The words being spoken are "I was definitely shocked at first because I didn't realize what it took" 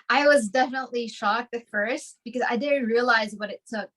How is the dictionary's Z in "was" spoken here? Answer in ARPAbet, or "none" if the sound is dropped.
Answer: Z